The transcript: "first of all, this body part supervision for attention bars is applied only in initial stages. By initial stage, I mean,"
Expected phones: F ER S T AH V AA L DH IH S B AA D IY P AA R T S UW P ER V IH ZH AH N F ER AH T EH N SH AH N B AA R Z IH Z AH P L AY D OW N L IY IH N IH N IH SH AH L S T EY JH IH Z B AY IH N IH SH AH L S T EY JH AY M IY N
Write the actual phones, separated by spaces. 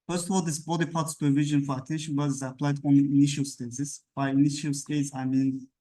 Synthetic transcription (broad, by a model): F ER S T AH V AA L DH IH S B AA D IY P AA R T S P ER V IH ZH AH N F ER AH T EH N SH AH N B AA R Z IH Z AH P L AY D OW N L IY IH IH N IH SH AH L S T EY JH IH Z B AY IH N IH SH AH L S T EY Z AY M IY N